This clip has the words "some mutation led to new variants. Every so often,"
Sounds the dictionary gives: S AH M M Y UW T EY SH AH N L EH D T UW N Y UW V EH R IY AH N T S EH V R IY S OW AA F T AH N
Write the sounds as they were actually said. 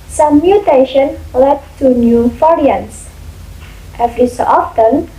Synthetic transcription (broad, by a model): S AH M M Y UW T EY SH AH N L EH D T UW N Y UW F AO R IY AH N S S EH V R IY S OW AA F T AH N